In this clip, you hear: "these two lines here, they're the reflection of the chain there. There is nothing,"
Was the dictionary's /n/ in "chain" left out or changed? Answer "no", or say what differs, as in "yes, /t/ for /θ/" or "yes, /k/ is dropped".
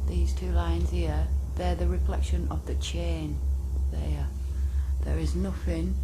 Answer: no